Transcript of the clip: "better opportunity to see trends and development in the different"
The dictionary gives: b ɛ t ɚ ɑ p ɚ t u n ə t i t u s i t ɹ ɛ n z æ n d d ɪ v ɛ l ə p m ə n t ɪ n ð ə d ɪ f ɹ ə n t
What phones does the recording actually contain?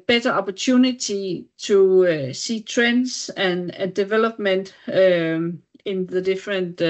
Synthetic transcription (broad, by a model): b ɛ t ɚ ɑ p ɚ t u n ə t i s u s i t ɹ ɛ n s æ n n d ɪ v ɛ l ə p m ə n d ɪ n ð ə d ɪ f ɹ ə n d